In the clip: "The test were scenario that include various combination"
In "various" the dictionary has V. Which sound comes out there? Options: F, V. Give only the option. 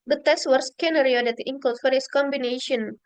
F